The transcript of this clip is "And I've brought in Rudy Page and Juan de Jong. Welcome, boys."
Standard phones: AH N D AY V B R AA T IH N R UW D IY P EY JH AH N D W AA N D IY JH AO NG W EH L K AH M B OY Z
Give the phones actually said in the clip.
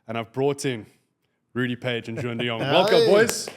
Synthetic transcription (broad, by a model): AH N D AY V B R AA T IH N R UW D IY P EY JH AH N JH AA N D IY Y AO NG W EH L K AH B OY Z